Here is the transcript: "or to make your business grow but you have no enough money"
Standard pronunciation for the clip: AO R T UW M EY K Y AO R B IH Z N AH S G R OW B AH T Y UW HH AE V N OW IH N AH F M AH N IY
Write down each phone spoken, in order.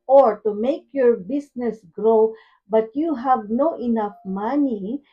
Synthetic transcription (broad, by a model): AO R T UW M EY K Y AO R B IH S N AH S G R OW B AH T Y UW HH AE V N OW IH N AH F M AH N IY